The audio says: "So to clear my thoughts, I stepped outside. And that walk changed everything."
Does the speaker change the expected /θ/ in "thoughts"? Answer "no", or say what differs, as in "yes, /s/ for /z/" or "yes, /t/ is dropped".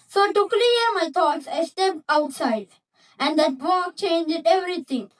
yes, /t/ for /θ/